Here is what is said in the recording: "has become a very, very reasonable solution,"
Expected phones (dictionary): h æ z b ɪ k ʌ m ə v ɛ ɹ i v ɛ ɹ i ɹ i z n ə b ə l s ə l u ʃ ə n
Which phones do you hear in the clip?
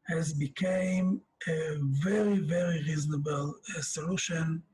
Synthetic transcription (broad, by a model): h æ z b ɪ k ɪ m ə v ɛ ɹ i v ɛ ɹ i ɹ i z n ə b ə l s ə l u ʃ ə n